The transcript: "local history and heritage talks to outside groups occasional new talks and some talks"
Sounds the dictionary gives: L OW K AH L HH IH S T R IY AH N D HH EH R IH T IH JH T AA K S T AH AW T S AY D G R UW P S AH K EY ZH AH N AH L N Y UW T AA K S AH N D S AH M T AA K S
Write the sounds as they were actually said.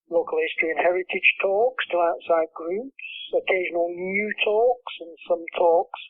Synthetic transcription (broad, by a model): L OW K AH L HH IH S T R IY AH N HH EH R IH T IH JH T AA K S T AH AW T S AY D G R UW P S AH K EY ZH AH N AH L N Y UW T AA K S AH N S AH M T AA K S